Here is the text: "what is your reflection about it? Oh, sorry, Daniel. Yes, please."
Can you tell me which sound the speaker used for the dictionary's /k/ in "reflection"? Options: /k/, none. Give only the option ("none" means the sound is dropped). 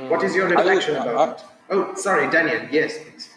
none